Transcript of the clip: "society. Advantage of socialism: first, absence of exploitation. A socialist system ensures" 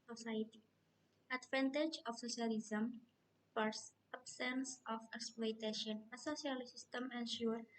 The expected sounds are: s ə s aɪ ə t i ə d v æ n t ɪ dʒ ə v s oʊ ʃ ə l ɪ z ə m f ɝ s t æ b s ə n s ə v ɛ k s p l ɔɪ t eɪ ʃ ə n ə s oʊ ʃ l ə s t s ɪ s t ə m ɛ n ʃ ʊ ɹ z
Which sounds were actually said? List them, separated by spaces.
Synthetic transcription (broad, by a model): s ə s aɪ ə t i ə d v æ n t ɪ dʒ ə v s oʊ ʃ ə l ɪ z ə m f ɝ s æ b s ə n s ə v ɛ k s p l ɔɪ t eɪ ʃ ə n ə s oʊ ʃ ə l s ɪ s t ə m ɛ n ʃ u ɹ